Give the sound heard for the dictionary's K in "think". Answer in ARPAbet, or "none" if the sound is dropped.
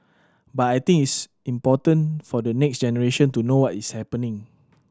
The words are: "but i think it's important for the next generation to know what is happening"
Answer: none